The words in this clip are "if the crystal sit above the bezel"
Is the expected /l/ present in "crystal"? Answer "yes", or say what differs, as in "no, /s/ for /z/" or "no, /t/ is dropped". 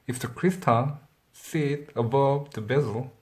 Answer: no, /n/ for /l/